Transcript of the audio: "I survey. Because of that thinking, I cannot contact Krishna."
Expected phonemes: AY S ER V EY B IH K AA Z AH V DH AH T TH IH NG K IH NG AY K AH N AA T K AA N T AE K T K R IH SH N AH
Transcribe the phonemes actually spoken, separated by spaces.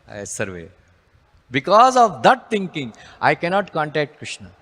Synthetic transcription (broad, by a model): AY S ER V EY B IH K AA Z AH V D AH T T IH NG K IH NG AY K AH N AA T K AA N T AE K T K R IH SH N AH